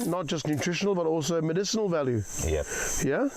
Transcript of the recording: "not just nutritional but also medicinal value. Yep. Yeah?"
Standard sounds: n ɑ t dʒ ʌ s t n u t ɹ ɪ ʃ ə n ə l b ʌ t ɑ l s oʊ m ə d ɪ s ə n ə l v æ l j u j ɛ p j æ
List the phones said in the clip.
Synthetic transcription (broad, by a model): n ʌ t dʒ ʌ s t n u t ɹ ɪ ʃ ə n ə l b ʌ t ɑ l s oʊ m ə d ɪ s ə n ə l v æ l j u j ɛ j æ